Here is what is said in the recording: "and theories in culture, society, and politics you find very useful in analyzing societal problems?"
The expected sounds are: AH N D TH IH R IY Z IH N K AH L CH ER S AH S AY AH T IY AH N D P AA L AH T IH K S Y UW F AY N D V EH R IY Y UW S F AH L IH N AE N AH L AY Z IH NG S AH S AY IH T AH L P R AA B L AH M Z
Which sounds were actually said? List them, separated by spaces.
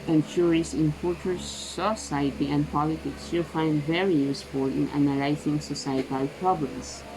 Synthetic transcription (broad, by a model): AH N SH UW R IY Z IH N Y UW CH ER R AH S AY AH T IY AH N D P AA L AH T IH K S Y UW F AY N D V EH R IY Y UW S F AH L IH N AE N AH L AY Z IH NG S AH S AY IH T AH L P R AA B L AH M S